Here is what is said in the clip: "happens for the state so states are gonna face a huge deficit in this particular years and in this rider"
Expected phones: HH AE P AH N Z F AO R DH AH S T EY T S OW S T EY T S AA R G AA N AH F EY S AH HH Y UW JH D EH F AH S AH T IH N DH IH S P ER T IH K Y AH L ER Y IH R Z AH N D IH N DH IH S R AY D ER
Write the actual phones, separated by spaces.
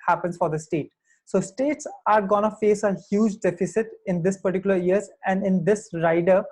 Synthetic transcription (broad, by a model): HH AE P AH N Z F AO R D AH S T EY T S OW S T EY T S AA R G AA N AH F EY S AH HH Y UW JH D EH F AH S AH T IH N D IH S P ER T IH K Y AH L ER Y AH R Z AH N D IH N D IH S R AY D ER